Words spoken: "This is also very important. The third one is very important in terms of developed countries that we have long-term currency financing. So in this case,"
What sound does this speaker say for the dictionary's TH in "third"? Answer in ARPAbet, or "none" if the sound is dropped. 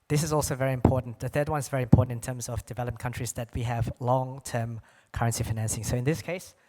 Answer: TH